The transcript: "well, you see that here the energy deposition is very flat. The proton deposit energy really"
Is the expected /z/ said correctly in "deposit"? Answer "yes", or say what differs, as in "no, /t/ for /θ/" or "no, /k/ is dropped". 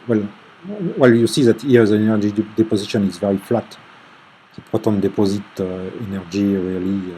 yes